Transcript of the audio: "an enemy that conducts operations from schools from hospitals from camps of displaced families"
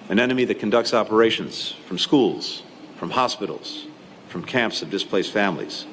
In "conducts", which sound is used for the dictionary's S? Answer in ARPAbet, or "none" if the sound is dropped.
S